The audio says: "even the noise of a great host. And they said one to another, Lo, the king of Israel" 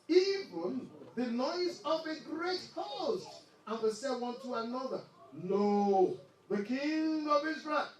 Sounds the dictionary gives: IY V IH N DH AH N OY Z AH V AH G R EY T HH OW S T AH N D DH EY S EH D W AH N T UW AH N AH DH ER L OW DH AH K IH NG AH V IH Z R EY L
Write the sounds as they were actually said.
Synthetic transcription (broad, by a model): IY V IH N DH AH N OY Z AH V AH G R EY T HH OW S T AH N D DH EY S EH W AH N T UW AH N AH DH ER N OW DH AH K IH NG AH V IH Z R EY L